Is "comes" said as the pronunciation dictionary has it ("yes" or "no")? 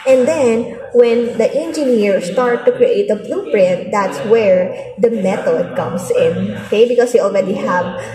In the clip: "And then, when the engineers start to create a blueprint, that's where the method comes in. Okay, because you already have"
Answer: no